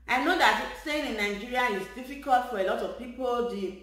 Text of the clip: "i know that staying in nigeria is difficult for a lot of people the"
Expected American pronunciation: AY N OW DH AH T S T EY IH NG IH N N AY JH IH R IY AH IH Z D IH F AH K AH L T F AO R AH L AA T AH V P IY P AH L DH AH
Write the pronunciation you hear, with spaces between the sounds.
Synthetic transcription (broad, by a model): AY N OW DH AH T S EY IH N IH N N AY JH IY R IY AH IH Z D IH F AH K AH L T F AO R AH L AA T AH V P IY P AH L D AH